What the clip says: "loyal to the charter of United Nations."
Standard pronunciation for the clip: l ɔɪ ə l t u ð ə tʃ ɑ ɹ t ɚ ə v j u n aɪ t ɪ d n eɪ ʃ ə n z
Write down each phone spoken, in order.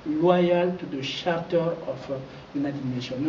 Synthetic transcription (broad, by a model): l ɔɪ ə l t u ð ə ʃ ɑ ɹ t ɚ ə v j u n aɪ t ɪ d n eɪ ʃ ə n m